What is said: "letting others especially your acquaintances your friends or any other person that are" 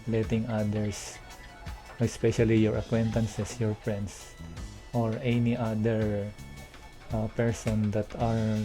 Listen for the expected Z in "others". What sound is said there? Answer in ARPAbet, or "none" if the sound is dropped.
S